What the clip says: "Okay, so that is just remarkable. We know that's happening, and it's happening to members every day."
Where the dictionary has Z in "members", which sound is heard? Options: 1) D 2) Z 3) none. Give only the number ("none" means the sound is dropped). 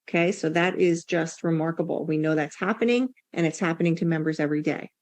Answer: 2